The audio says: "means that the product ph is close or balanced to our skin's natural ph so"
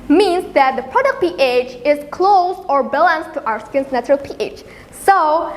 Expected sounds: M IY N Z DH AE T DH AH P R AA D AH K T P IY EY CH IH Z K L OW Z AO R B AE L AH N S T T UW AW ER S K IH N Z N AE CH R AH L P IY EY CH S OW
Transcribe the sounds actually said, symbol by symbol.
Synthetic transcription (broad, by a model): M IY N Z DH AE T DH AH P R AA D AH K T P IY EY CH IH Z K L OW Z AO R B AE L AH N S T T UW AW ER S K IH N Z N AE CH R AH L P IY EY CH S OW